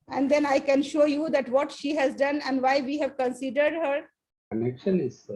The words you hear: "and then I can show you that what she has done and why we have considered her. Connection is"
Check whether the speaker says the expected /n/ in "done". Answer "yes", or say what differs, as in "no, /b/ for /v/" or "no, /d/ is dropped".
yes